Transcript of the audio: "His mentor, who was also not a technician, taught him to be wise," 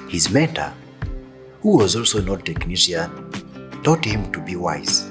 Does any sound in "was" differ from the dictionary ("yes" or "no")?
no